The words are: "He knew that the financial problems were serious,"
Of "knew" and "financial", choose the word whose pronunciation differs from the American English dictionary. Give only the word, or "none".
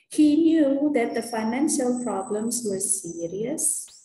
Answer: none